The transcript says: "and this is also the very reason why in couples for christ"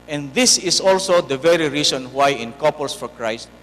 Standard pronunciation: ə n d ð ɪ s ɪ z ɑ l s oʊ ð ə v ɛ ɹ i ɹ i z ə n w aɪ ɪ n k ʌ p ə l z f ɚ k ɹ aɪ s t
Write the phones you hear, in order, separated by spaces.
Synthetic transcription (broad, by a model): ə n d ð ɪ s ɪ s ɑ l s oʊ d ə v ɛ ɹ i ɹ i s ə n w aɪ ɪ n k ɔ p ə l s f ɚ k ɹ aɪ s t